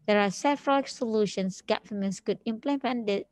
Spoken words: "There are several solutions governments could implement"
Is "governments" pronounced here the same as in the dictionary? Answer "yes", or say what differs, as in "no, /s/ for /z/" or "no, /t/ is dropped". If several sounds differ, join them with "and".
no, /f/ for /v/